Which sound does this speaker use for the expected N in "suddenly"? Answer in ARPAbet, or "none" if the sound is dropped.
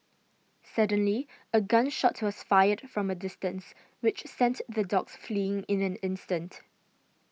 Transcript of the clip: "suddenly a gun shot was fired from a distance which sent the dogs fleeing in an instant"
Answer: N